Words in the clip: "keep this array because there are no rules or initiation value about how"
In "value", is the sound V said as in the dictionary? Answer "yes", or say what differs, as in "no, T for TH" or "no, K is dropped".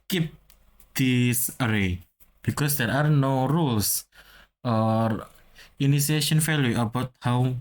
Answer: no, F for V